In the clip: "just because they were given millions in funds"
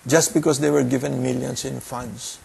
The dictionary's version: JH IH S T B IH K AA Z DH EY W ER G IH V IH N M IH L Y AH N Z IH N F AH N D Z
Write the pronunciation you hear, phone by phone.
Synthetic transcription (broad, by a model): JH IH S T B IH K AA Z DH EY W ER G IH V IH N M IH L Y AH N S IH N F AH N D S